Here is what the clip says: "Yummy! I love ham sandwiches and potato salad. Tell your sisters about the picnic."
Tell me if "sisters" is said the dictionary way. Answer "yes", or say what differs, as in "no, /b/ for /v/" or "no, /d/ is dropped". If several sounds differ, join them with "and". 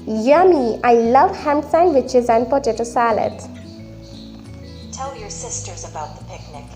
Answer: yes